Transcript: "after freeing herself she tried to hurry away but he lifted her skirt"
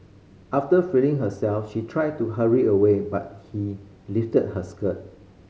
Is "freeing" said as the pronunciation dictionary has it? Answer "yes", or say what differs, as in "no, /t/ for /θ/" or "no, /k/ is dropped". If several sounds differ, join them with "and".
no, /ɹ/ is dropped